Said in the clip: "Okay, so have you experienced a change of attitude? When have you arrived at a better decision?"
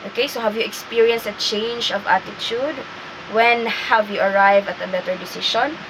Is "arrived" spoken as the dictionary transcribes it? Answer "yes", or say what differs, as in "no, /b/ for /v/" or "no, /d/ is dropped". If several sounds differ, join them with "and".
no, /d/ is dropped